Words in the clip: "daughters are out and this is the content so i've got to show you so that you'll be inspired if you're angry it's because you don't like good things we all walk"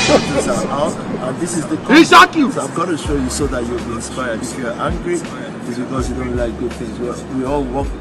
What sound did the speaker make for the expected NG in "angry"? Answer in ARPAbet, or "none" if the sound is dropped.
NG